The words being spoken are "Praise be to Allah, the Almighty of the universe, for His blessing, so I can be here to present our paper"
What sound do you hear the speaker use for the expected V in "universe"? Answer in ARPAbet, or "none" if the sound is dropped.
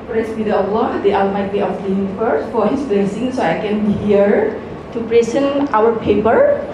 F